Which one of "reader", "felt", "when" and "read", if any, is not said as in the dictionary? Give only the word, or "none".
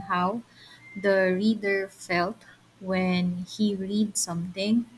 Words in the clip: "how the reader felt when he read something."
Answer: none